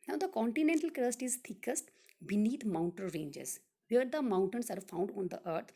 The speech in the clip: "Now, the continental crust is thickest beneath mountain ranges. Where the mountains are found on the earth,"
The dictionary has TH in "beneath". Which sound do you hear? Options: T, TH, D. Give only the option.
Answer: T